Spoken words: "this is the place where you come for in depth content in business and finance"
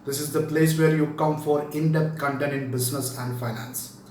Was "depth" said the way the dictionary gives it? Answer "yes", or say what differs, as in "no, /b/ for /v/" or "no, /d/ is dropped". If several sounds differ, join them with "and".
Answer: no, /t/ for /θ/